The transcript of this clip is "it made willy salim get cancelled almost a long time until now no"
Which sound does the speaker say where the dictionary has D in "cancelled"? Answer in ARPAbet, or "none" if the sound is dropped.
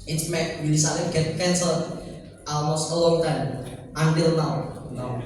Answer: none